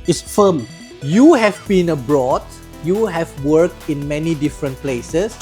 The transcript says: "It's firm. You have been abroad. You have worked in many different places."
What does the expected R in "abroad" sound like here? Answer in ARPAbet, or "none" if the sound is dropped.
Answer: R